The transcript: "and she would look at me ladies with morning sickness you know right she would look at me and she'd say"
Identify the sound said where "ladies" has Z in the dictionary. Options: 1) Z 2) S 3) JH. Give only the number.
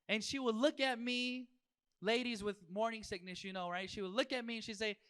1